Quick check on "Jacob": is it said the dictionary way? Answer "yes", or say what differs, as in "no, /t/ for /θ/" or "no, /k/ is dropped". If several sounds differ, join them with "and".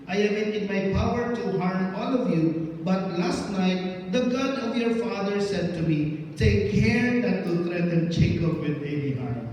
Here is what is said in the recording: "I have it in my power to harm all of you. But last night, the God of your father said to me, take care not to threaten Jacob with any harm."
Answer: no, /tʃ/ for /dʒ/